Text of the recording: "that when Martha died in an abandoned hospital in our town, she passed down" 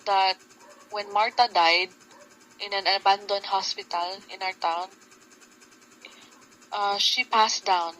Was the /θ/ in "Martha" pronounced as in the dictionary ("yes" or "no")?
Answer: no